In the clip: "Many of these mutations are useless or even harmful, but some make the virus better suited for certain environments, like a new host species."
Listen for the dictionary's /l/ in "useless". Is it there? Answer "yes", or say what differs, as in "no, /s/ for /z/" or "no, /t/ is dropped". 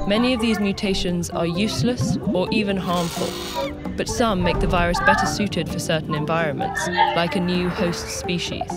yes